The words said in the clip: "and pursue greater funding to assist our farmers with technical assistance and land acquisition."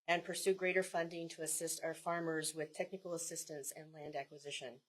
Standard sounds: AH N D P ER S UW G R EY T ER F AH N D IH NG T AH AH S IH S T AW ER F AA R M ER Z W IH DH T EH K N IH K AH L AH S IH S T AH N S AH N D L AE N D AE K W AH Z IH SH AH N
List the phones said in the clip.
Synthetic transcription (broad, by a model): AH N P ER S UW G R EY T ER F AH N D IH NG T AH AH S IH S T AW ER F AA R M ER Z W IH DH T EH K N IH K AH L AH S IH S T AH N S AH N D L AE N D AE K W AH Z IH SH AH N